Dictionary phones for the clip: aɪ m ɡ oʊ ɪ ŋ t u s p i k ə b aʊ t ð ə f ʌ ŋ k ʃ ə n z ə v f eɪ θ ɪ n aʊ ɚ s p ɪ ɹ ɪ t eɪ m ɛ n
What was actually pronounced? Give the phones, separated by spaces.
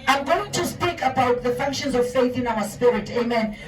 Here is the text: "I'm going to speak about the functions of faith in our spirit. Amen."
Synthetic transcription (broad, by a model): aɪ m ɡ oʊ ɪ ŋ t u s p i k ə b aʊ t ð ə f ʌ ŋ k ʃ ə n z ə v f eɪ θ ɪ n aʊ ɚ s p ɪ ɹ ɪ t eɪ m ɛ n